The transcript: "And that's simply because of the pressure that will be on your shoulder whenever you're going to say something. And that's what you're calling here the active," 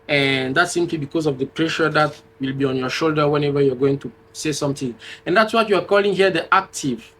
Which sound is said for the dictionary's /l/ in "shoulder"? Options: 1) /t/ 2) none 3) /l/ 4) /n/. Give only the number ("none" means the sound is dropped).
3